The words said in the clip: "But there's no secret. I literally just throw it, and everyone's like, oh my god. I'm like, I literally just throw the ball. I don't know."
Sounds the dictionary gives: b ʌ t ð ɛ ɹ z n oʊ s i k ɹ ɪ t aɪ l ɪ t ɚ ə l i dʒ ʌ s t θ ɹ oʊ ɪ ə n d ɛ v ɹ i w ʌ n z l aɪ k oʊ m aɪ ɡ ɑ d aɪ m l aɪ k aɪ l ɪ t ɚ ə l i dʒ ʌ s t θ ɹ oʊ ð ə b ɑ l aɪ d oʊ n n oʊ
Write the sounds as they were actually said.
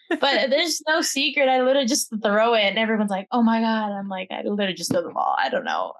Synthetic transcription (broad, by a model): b ʌ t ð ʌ ɹ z n oʊ s i k ɹ ɪ t aɪ l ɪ t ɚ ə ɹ dʒ ʌ s θ ɹ oʊ ɪ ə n ɛ v ɹ i w ʌ n z l aɪ k oʊ m aɪ ɡ ɑ d aɪ m l aɪ k aɪ l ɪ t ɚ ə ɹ dʒ ʌ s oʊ ð ə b ɑ l aɪ d oʊ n n oʊ